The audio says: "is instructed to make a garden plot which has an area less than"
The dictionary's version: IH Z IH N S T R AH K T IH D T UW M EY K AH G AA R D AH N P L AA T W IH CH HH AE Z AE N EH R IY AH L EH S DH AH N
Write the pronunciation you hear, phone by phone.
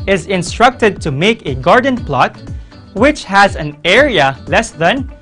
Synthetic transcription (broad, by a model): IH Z IH N S T R AH K T IH D T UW M EY K AH G AA R D AH N P L AA T W IH CH HH AE Z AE N EH R IY AH L EH S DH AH N